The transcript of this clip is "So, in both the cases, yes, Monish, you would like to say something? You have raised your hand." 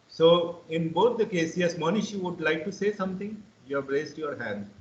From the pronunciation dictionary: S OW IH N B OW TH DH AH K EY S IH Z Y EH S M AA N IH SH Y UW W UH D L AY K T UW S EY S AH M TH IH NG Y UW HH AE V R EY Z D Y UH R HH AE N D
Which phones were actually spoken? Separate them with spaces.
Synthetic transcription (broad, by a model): S OW IH N B OW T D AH K EY S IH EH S M AA N IH SH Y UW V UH D L AY K T UW S EY S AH M T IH NG Y UW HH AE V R EY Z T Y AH R HH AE N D